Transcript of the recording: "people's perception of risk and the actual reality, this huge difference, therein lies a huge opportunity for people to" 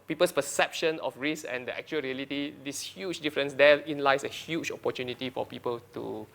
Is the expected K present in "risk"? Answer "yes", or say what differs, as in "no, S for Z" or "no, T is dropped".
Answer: no, K is dropped